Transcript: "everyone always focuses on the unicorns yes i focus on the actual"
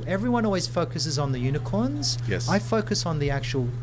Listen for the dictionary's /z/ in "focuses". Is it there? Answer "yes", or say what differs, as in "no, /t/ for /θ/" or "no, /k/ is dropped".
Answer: yes